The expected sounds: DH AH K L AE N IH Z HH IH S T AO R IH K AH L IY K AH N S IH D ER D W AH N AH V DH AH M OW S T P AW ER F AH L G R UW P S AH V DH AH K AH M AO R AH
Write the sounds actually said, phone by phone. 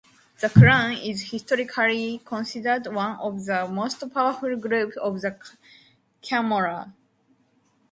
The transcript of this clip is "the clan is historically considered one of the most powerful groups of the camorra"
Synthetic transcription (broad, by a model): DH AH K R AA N IH Z HH IH S T AO R IH K AH L IY K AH N S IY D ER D W AH N AH V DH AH M OW S T P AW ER F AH L G R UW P AH V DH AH K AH M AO R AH